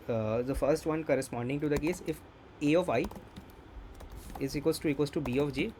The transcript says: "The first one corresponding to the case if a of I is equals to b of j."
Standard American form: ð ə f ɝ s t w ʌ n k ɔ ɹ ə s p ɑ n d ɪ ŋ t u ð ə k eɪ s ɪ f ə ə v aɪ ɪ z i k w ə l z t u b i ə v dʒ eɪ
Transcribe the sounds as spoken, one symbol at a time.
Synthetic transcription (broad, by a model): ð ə f ɝ s t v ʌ n k ɔ ɹ ə s p ɑ n d ɪ ŋ t u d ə k eɪ s ɪ f ə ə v aɪ ɪ z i k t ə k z t u b i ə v dʒ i